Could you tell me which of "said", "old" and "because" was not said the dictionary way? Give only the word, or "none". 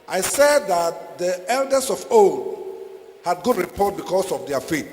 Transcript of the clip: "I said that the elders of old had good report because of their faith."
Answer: because